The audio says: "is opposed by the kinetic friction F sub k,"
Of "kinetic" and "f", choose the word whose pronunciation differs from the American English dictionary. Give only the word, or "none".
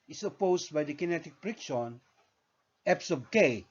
f